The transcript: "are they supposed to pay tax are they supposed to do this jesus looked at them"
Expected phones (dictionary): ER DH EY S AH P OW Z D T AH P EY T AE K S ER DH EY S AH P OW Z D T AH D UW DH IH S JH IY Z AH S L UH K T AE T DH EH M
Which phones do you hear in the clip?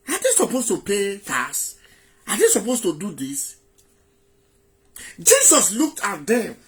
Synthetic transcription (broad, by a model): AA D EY S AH P OW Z T AH P EY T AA S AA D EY S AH P OW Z T AH D UW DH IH S JH IY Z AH S L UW K T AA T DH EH M